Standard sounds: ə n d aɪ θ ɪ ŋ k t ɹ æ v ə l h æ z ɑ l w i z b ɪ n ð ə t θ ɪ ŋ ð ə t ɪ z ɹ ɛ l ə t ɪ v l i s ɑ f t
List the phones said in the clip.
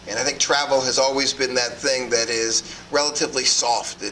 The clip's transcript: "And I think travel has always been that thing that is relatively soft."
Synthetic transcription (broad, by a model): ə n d aɪ θ ɪ ŋ k t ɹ æ v l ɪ z ɑ l w i z b ɪ n ð ə t θ ɪ ŋ ð ə t ɪ z ɹ ɛ l ə t ɪ v l i s ɑ f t